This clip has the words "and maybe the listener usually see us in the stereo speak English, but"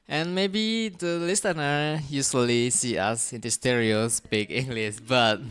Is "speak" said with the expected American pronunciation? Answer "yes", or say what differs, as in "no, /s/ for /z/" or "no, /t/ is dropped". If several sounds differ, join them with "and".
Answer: no, /b/ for /p/